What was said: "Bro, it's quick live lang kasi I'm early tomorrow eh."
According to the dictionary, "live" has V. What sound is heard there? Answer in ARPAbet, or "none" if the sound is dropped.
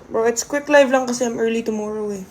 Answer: V